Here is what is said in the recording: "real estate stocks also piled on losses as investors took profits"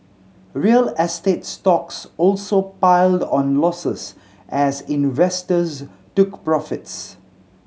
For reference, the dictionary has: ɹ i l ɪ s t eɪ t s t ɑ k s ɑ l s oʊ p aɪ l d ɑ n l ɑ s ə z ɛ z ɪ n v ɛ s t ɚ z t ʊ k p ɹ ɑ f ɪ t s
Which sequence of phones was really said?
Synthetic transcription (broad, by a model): ɹ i l ɪ s t eɪ t s t ɑ k s ɑ l s oʊ p aɪ l d ɑ n l ɑ s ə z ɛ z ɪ n v ɛ s t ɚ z t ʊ k p ɹ ɑ f ɪ t s